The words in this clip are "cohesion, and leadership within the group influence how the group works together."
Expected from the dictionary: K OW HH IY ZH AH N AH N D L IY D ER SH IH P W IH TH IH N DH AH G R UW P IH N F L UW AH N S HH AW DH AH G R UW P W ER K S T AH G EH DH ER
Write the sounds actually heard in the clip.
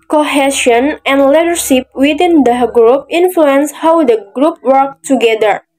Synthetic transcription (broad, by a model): K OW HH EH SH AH N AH N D L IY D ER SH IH P W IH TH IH N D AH G R UW P IH N F L UW AH N S HH AW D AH G R UW P W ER K T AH G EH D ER